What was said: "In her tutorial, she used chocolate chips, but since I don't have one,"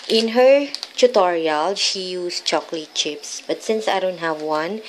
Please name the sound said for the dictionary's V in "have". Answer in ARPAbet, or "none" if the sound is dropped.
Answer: V